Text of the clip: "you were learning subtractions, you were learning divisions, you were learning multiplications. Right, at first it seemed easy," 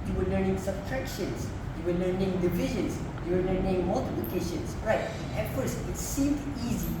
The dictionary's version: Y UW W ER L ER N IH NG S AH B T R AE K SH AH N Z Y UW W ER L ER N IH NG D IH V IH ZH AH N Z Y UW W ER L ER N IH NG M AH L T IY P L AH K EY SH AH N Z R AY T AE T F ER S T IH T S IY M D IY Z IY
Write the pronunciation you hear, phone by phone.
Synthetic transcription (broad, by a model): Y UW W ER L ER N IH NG S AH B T R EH K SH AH N S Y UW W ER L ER N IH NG D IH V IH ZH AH N S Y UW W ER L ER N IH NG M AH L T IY P L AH K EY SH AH N S R AY T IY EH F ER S IH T S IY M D IY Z IY